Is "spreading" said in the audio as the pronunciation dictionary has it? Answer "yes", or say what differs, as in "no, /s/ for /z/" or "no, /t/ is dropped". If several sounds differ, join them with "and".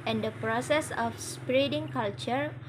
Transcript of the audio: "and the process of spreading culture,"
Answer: yes